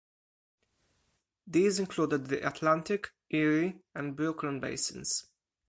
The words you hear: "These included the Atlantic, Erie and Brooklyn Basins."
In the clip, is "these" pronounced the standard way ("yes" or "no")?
yes